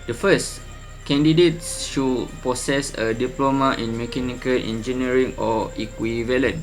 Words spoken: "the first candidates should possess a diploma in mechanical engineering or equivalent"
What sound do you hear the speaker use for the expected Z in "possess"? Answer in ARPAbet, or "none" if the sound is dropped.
S